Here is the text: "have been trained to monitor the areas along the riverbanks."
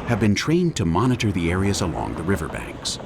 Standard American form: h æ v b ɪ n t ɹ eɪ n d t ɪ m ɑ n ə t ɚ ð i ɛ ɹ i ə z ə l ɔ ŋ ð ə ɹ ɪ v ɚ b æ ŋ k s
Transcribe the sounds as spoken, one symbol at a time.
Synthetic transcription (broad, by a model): h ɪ v b ɪ n t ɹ eɪ n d t ɪ m ɑ n ə t ɚ ð i ɛ ɹ i ə z ə l ɔ ŋ ð ə ɹ ɪ v ɚ b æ ŋ k s